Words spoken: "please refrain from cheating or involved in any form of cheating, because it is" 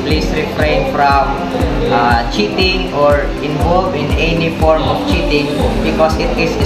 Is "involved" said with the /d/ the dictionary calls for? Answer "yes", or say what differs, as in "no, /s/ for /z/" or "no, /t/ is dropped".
no, /d/ is dropped